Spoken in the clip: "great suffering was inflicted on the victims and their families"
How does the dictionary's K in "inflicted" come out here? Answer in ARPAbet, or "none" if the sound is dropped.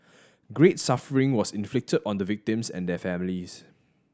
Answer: K